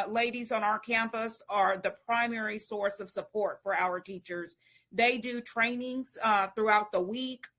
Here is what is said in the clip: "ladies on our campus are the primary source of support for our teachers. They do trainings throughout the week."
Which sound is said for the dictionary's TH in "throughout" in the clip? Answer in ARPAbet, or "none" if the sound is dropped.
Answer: TH